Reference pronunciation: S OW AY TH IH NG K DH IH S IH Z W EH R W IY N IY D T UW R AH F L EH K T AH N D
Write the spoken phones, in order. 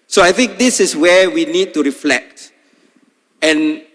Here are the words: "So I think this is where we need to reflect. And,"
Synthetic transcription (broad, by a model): S OW AY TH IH NG K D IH S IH S W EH W IY N IY D T UW R AH F L EH K T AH N